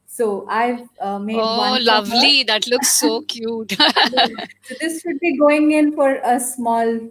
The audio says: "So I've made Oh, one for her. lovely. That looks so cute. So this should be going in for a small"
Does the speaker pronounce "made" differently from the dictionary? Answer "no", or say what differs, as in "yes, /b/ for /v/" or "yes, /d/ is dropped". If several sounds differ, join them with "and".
yes, /d/ is dropped